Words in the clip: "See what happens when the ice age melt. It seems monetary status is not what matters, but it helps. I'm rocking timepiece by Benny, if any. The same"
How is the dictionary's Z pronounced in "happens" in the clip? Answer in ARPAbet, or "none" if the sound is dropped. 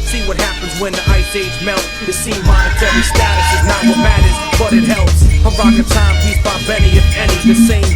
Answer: Z